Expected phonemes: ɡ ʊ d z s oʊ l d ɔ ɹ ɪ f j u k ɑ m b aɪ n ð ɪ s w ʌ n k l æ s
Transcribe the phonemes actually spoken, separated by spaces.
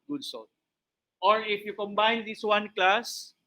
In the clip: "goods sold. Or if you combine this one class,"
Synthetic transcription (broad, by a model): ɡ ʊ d s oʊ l ɔ ɹ ɪ f j u k ɑ m b aɪ n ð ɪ s w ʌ n k l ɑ s